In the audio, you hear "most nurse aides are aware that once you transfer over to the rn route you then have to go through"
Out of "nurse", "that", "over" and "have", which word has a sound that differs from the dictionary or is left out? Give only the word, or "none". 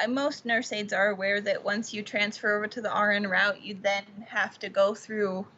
have